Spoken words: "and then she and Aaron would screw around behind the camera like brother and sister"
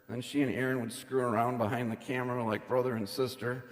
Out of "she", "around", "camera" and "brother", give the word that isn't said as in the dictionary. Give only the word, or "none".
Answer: none